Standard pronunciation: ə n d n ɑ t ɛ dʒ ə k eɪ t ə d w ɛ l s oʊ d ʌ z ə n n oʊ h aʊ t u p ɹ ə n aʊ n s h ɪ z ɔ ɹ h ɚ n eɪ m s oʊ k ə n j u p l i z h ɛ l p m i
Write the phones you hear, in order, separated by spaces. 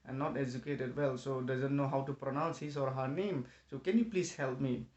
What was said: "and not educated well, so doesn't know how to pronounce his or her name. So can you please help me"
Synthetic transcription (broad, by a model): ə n n ɑ t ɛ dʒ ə k eɪ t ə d w ɛ l s oʊ d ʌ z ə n n oʊ h aʊ t u p ɹ ə n aʊ n s h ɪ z ɔ ɹ h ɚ n eɪ m s oʊ k ə n j u p l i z h ɛ l p m i